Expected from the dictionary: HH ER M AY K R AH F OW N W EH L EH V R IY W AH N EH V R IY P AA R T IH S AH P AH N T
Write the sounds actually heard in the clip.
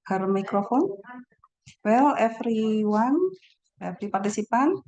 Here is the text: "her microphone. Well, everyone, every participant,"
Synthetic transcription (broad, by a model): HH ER M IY K R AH F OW N W EH L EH F R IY W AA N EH F R IY P AA R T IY S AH P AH N